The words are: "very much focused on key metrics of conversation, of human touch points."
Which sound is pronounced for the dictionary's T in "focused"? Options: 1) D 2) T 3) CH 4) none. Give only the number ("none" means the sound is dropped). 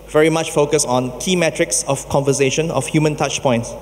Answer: 4